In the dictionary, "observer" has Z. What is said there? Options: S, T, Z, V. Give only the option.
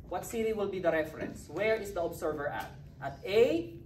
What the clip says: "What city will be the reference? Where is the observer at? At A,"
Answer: S